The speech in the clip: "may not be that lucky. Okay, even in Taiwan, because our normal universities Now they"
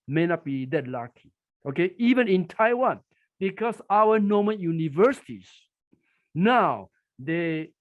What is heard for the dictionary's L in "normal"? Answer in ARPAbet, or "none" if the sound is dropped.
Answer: N